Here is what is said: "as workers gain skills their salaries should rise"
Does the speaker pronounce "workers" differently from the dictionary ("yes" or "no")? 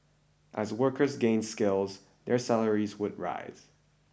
no